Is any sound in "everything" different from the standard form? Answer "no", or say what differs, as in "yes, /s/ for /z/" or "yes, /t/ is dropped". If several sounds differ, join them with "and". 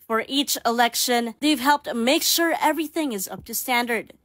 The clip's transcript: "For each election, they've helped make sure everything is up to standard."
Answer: no